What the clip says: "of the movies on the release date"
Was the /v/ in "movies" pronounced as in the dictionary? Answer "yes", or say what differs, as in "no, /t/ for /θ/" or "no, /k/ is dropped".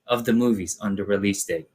yes